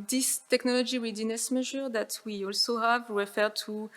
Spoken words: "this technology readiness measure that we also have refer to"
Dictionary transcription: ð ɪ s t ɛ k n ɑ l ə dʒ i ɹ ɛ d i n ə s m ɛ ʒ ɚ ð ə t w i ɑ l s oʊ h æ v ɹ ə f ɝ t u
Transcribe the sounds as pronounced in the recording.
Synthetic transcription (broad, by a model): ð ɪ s t ɛ k n ɑ l ə dʒ i w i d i n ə s m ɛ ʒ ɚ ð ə t w i ɑ l s oʊ h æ v ɹ ə f ɝ t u